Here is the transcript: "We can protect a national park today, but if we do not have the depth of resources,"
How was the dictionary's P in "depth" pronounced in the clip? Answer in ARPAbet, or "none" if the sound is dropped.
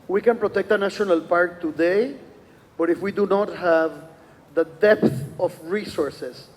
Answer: P